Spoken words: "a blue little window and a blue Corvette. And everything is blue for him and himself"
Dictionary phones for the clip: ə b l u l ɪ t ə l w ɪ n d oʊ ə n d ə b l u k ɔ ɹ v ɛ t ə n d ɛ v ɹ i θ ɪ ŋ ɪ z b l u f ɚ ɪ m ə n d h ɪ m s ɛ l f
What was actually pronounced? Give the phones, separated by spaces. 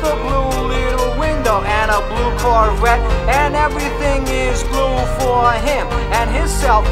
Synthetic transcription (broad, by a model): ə b l u l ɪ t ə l w ɪ n d oʊ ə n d ə b l u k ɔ ɹ w ɛ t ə n ɛ v ɹ i θ ɪ ŋ ɪ z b l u f ɚ ɪ m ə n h ɪ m s ɛ l f